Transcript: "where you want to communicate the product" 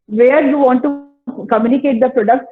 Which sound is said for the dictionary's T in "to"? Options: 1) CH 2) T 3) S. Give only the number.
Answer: 2